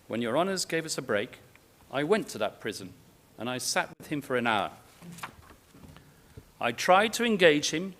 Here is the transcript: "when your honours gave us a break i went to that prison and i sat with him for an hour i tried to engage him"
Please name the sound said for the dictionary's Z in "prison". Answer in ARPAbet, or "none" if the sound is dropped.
Z